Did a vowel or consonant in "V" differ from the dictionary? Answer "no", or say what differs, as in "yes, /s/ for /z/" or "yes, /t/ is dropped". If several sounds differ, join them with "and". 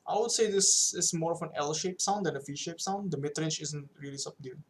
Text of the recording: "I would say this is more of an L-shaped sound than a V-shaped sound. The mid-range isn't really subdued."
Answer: yes, /f/ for /v/